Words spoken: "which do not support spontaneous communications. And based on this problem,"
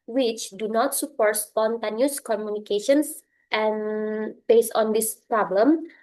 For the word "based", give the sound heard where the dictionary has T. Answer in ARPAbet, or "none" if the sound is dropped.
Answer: none